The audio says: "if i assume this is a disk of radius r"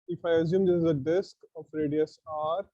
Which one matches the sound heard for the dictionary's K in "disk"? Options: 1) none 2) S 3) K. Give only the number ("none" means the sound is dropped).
3